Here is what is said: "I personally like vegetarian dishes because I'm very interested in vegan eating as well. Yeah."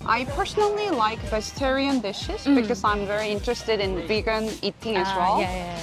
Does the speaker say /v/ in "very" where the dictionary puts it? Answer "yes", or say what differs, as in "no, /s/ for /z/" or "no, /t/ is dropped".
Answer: yes